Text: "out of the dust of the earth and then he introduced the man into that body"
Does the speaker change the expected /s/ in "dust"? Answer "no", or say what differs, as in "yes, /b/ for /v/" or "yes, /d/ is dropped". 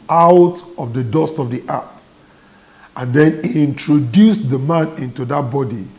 no